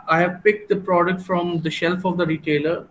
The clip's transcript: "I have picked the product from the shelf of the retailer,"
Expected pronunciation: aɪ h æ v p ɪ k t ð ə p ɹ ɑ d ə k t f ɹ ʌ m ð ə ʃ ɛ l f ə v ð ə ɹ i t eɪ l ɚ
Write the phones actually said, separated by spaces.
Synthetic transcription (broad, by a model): aɪ h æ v p ɪ k t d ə p ɹ ɑ d ə k t f ɹ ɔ m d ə ʃ ɛ l f ə v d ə ɹ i t eɪ l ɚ